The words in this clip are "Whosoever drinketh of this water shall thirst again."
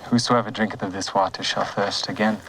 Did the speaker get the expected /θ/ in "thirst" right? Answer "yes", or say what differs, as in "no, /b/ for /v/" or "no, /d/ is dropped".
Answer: yes